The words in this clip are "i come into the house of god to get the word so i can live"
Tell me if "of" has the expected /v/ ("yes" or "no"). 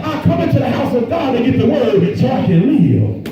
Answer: yes